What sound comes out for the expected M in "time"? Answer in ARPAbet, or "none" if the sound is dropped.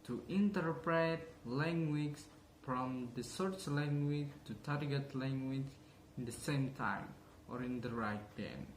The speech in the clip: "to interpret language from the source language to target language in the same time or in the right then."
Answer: M